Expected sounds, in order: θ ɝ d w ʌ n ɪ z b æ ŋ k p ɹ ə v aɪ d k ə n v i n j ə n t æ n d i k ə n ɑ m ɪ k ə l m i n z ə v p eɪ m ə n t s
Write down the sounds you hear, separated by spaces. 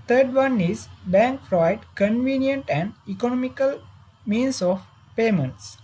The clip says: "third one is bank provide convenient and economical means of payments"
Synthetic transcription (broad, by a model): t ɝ d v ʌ n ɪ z b æ ŋ k f ɹ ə ɪ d k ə n v i n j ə n t æ n d i k ə n ɑ m ɪ k ə l m i n s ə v p eɪ m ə n t s